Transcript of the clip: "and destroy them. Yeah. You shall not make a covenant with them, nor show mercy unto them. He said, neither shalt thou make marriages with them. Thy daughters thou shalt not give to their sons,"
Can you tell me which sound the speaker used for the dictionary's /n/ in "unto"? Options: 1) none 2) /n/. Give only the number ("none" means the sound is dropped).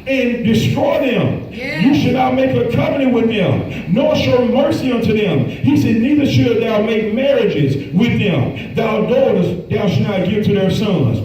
2